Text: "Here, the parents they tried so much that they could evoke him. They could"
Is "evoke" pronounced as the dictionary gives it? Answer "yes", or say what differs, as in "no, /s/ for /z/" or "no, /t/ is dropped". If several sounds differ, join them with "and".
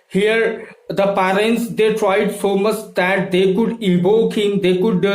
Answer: no, /b/ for /v/